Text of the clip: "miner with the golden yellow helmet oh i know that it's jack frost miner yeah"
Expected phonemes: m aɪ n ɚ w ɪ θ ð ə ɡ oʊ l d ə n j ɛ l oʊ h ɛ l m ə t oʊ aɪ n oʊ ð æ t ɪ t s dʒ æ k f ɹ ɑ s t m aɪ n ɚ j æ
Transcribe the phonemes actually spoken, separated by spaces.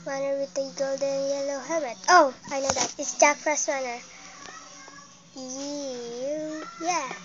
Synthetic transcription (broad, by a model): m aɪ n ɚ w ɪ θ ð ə ɡ oʊ l d ə n j ɛ l oʊ h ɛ m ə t oʊ aɪ n oʊ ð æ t ɪ t s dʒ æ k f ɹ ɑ s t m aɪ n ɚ j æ